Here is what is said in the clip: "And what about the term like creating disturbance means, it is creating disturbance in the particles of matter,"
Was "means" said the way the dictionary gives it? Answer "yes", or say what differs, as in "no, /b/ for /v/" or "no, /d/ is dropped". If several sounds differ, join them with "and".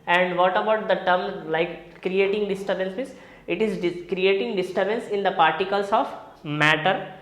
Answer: no, /n/ is dropped